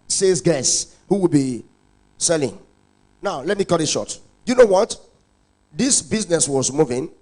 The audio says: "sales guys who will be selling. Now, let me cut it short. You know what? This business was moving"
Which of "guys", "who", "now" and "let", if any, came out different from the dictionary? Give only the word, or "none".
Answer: guys